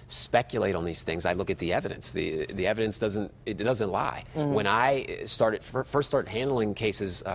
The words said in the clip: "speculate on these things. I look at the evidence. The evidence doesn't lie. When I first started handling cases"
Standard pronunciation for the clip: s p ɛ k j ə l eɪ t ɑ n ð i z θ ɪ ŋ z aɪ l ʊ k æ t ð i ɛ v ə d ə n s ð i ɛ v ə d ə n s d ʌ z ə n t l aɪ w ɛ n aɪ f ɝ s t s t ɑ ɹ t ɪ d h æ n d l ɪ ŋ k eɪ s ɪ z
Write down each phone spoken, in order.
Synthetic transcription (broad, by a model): s p ɛ k j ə l eɪ t n ð i z θ ɪ ŋ z aɪ l ʊ k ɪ t ð i ɛ v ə d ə n s ð i ɛ v ə d ə n s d ʌ z ə n t l aɪ w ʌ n aɪ f ɝ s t s t ɑ ɹ t ɪ d h æ n d l ɪ ŋ k eɪ s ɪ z